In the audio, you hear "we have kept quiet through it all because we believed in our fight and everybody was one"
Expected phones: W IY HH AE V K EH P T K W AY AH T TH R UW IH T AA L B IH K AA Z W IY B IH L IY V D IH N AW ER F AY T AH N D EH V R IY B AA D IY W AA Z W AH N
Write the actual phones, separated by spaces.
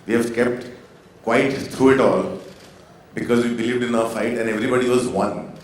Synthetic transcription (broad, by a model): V IY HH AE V K EH P T K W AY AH T T R UW IH T AA L B IH K AA Z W IY B IH L IY V D IH N AW ER F AY T AH N D EH V R IY B AA D IY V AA Z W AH N